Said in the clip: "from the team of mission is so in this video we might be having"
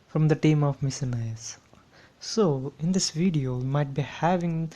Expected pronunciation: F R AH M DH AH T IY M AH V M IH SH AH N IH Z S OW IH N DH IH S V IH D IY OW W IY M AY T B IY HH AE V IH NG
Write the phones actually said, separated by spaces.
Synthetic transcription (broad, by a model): F R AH M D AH T IY M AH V M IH S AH N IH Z S OW IH N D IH S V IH D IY OW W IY M AY T B IY HH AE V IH NG